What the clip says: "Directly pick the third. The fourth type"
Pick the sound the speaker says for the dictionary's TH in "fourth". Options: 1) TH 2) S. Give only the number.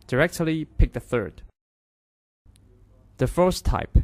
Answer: 2